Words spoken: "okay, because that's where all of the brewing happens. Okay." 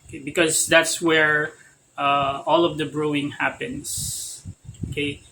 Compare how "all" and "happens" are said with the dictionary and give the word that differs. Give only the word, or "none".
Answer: happens